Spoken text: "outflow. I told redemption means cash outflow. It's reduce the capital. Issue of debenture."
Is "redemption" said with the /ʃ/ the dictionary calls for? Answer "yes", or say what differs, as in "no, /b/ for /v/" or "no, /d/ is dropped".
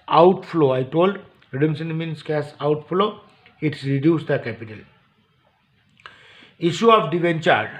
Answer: no, /s/ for /ʃ/